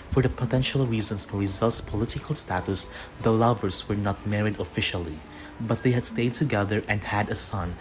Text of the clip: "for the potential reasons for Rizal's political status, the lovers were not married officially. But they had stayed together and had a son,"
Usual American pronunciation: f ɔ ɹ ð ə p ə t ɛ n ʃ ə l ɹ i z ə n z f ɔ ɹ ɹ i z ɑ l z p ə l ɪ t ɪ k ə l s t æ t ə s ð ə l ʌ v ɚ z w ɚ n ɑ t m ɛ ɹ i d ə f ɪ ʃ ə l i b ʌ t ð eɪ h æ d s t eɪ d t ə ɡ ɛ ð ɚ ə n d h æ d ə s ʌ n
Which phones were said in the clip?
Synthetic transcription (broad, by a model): f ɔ ɹ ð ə p ə t ɛ n ʃ ə l ɹ i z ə n s f ɔ ɹ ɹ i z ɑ l s p ə l ɪ t ɪ k ə l s t æ t ə s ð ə l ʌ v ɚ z w ɚ n ɑ t m ɛ ɹ i d ə f ɪ ʃ ə l i b ʌ t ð eɪ h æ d s t eɪ d t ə ɡ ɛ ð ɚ ə n d h æ d ə s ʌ n